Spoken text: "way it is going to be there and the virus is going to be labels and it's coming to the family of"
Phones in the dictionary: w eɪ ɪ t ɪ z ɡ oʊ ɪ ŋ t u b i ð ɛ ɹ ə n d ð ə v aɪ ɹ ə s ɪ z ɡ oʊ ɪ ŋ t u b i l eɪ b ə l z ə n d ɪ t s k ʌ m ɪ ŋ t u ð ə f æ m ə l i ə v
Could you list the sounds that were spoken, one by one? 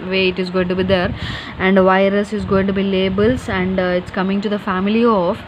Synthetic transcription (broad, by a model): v eɪ ɪ t ɪ z ɡ oʊ ɪ ŋ t u b i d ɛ ɹ ə n d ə v aɪ ɹ ə s ɪ z ɡ oʊ ɪ ŋ t u b i l eɪ b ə l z ə n d ɪ t s k ʌ m ɪ ŋ t u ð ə f æ m ə l i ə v